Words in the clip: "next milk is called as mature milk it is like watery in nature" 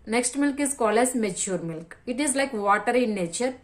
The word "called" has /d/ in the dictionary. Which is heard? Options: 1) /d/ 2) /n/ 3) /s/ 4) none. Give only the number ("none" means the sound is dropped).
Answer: 4